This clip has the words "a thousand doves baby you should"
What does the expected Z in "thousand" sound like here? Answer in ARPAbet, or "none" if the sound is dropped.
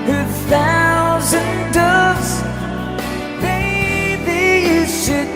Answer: Z